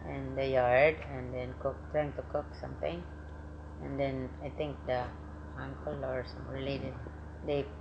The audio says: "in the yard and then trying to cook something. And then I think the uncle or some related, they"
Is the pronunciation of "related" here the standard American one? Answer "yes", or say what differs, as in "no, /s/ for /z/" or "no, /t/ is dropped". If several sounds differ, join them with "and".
no, /l/ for /ɹ/